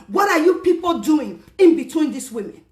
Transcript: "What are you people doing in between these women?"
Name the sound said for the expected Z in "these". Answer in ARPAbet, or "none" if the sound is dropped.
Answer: S